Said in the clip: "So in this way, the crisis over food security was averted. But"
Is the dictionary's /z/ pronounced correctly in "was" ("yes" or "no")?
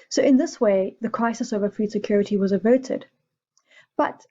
yes